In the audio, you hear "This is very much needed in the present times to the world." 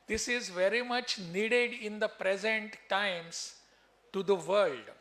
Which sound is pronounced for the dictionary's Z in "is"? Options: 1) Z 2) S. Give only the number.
1